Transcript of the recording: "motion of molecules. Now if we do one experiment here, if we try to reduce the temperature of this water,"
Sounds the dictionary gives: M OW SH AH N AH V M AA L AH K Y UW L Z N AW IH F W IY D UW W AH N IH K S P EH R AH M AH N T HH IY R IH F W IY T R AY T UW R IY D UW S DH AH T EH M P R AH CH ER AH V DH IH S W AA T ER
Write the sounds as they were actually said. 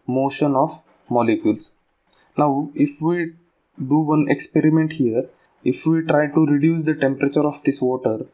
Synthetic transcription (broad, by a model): M OW SH AH N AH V M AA L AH K Y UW L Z N AW IH F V IY D UW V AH N IH K S P EH R AH M AH N T HH IY R IH F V IY T R AY T UW R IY D UW S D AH T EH M P R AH CH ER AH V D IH S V AA T ER